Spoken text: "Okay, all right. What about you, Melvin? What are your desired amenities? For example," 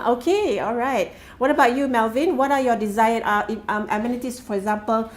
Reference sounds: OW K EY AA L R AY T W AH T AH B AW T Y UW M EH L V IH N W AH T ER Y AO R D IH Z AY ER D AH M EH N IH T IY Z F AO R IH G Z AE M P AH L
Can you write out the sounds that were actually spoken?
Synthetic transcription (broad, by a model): OW K EY AA L R AY T W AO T AH B AW T Y UW M EH L V IH N W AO T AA Y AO D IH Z AY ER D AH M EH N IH T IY S F AO R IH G Z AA M P AH L